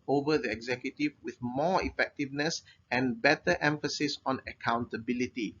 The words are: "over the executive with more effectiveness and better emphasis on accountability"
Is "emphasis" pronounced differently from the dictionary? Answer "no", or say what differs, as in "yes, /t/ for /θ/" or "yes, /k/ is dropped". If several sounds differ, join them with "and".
no